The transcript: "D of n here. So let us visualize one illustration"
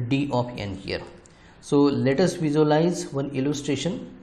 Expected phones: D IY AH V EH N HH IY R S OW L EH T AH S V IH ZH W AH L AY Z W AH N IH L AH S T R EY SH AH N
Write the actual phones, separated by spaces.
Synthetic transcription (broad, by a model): D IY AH P EH N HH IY R S OW L EH T AH S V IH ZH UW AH L AY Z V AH N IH L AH S T R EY SH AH N